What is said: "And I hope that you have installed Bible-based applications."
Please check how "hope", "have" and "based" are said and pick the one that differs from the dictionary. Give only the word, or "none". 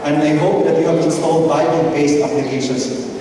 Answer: based